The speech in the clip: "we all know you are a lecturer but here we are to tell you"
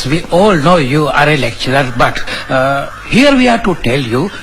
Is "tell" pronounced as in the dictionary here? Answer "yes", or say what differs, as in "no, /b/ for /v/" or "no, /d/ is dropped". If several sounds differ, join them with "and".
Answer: yes